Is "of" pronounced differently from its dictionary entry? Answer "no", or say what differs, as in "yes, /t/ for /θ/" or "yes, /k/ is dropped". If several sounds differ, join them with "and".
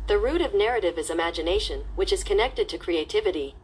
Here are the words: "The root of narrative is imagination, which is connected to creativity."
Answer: no